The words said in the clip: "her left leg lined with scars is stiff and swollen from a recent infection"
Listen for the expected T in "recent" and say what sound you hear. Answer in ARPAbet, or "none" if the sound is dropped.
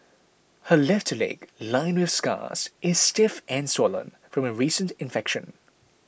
T